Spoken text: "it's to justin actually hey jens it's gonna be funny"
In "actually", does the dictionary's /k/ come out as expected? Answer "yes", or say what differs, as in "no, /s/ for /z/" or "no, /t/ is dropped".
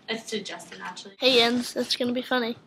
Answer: no, /k/ is dropped